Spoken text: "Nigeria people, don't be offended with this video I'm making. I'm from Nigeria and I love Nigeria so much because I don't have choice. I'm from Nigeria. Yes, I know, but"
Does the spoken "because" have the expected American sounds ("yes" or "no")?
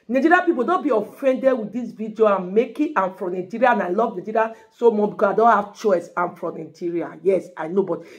no